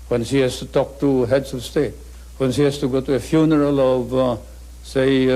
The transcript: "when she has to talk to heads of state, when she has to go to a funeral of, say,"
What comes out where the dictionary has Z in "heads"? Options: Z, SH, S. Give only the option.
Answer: S